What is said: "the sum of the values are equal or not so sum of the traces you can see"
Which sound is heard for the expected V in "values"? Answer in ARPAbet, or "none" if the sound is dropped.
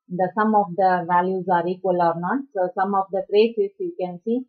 V